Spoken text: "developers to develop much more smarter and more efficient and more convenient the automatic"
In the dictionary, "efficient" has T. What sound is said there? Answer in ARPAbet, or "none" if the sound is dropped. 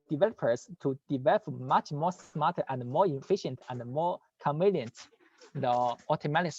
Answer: T